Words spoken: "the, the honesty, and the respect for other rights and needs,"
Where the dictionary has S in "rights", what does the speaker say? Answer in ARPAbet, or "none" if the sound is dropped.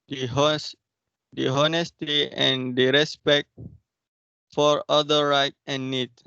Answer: none